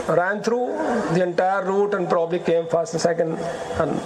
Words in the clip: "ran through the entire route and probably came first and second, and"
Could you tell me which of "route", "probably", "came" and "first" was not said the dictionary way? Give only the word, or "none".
none